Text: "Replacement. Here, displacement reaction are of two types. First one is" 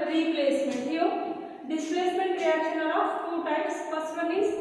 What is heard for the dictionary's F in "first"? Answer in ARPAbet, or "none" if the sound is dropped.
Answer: P